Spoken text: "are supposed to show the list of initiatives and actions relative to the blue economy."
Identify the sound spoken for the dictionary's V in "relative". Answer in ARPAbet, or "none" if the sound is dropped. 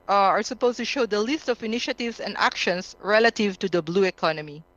V